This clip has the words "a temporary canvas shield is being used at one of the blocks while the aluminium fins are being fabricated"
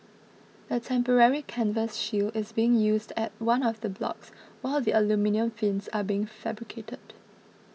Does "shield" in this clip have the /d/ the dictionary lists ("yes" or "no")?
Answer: no